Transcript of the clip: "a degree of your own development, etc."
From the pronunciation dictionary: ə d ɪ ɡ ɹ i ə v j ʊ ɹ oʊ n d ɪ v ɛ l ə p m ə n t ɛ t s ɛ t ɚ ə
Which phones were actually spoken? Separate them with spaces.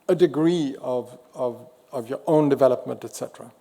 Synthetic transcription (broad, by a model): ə d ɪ ɡ ɹ i ə v j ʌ ɹ oʊ n d ɪ v ɛ l ə p m ə n t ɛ t s ɛ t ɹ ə